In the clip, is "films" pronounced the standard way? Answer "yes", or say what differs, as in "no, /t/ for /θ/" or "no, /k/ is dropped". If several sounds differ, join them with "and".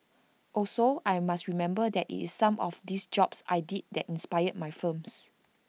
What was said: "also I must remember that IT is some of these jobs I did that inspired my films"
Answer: no, /l/ is dropped and /s/ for /z/